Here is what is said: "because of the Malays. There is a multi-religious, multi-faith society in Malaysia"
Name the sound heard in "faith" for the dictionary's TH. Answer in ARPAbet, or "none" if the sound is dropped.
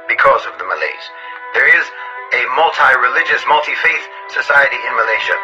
TH